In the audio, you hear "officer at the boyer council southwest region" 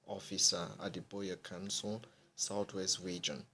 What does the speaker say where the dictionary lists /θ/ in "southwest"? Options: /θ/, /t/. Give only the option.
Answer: /t/